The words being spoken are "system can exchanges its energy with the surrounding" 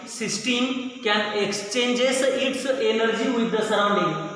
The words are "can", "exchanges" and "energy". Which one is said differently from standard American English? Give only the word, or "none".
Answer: exchanges